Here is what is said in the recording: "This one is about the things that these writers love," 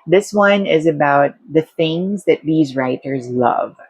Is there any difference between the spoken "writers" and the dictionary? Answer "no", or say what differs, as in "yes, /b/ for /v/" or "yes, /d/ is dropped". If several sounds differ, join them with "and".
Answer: no